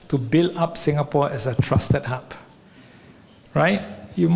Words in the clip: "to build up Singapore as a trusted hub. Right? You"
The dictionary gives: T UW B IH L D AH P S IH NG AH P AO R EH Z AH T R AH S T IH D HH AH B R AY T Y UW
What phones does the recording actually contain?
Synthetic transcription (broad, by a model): T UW B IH L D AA P S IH NG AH P AO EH S AH T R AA S T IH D HH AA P R AY T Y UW